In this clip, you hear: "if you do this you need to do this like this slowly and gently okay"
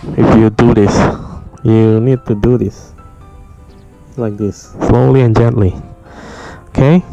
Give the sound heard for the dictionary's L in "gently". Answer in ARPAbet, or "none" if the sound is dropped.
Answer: L